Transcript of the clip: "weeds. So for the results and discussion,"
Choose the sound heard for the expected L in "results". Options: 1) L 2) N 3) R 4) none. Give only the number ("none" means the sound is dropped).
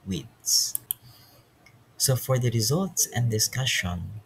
1